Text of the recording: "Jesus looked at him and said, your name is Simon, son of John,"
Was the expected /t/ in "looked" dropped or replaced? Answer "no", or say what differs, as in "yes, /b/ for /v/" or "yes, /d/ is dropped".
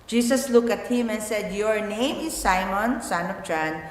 yes, /t/ is dropped